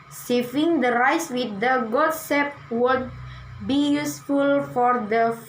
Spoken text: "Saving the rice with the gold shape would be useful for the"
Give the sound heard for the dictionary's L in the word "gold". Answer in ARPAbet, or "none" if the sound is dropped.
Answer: none